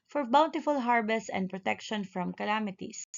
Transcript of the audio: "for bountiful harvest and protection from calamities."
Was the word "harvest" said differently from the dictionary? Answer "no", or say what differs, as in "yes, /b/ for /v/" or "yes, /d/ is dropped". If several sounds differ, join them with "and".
yes, /b/ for /v/ and /t/ is dropped